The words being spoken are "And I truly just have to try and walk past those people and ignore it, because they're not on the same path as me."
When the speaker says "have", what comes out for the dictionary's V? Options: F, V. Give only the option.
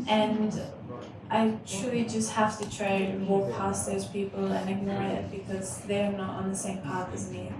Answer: F